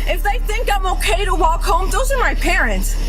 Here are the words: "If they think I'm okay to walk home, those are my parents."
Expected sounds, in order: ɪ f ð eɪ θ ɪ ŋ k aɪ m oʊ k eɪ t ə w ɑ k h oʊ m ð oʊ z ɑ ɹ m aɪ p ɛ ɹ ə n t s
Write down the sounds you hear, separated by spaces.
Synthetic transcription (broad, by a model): ɪ f ð eɪ θ ɪ ŋ k aɪ m oʊ k eɪ t ə w ɑ k h oʊ m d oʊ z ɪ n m aɪ p ɛ ɹ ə n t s